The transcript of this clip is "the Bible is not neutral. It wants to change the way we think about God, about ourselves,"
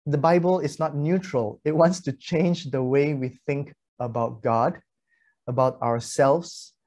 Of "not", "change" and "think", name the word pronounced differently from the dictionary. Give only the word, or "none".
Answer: none